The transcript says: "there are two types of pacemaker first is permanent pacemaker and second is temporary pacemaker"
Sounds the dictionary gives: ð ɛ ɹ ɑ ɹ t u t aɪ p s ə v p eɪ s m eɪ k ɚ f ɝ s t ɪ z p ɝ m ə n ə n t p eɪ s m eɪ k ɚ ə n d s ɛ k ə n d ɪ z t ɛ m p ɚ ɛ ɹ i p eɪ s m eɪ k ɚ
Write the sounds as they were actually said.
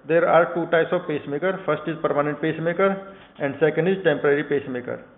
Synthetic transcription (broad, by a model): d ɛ ɹ ɑ ɹ t u t aɪ s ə p eɪ s m eɪ k ɚ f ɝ s t ɪ z p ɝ m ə n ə n t p eɪ s m eɪ k ɚ ə n d s ɛ k ə n d ɪ z t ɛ m p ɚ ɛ ɹ i p eɪ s m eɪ k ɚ